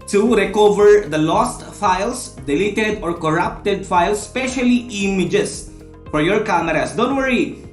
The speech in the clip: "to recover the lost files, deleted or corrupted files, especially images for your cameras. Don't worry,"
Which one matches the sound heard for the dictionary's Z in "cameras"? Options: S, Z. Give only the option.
S